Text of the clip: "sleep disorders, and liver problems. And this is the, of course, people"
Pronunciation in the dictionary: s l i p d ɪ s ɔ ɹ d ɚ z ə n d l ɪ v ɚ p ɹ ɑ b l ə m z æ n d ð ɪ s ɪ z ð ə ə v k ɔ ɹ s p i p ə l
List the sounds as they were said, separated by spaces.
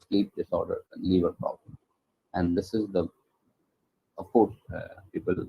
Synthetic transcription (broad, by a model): s l i p d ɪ s ɔ ɹ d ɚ ə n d l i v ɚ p ɹ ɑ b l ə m æ n d ɪ s ɪ z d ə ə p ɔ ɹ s p i p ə l